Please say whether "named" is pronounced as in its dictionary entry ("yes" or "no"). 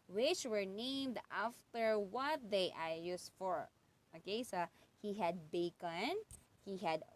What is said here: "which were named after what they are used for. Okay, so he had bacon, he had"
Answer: yes